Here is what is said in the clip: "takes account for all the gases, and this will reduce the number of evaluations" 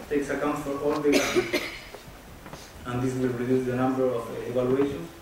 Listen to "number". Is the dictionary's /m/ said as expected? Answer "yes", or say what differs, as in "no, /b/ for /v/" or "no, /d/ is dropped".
yes